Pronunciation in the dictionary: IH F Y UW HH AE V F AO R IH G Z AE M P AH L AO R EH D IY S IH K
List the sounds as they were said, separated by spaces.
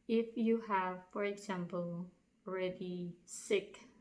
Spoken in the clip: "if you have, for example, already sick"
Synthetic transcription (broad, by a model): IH F Y UW HH AE V F AO R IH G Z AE M P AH L AO R EH D IY S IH K